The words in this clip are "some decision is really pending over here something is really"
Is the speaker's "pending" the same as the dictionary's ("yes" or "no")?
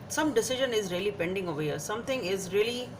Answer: yes